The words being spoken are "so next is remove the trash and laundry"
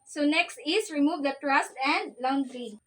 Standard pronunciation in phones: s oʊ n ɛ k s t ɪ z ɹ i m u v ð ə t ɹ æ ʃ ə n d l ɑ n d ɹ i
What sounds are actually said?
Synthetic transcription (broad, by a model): s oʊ n ɛ k s t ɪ s ɹ i m u v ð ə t ɹ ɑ s ə n d l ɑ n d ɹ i